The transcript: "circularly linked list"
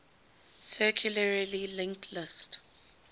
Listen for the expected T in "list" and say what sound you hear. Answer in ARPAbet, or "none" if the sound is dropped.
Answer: T